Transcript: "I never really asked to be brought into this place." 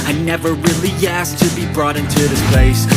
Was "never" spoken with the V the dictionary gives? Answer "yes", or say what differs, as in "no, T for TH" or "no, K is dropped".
yes